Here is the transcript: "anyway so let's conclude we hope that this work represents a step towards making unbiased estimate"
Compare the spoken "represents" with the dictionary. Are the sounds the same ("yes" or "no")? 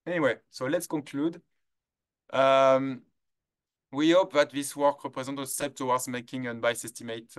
no